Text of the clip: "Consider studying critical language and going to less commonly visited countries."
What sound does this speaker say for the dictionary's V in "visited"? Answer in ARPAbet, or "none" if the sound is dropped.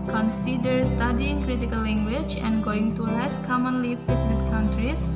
F